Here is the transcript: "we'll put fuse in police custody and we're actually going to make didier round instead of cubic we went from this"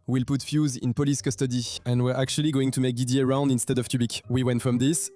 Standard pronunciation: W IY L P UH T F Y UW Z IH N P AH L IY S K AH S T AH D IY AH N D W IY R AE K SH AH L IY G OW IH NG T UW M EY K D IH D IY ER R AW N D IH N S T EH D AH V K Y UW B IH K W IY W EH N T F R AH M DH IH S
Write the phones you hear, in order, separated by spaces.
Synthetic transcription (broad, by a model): W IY L P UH T F Y UW Z IH N P AH L IY S K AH S T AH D IY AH N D W IY R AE K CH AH L IY G OW IH NG T UW M EY K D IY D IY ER R AW N D IH N S T EH D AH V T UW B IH K W IY W EH N T F R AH M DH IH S